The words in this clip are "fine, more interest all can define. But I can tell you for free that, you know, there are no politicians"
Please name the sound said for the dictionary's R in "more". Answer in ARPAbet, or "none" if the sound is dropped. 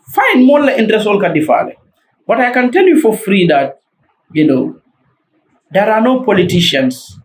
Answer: L